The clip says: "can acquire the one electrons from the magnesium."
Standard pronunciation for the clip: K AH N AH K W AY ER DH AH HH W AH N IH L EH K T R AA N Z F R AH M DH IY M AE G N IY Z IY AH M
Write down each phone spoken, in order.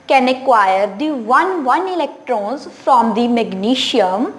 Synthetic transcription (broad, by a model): K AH N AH K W AY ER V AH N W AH N IH L EH K T R AA N Z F R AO M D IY M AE G N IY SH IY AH M